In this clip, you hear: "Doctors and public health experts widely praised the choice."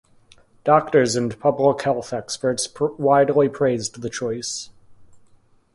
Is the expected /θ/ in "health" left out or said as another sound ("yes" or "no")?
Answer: no